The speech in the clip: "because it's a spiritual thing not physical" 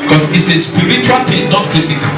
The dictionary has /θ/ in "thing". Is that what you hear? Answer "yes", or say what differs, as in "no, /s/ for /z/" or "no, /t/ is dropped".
no, /t/ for /θ/